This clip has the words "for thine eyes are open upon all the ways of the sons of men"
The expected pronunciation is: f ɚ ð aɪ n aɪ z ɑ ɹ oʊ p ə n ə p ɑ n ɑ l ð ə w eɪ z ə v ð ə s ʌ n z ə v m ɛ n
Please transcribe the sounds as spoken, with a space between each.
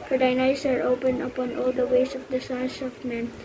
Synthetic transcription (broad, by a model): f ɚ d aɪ n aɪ s ɑ ɹ oʊ p ə n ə p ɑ n ɑ l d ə w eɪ s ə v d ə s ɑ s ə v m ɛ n